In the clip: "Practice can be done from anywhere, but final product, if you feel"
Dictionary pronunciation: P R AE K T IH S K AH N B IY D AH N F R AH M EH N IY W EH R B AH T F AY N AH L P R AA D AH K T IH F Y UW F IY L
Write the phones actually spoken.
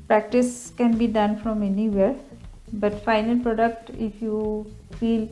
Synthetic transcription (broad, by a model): P R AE K T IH S K AH N B IY D AH N F R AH M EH N IY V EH R B AH T F AY N AH L P R AA D AH K T IH F Y UW F IY L